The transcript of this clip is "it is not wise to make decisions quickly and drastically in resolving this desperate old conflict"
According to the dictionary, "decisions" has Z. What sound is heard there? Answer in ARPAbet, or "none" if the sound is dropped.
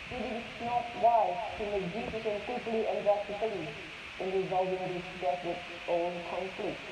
none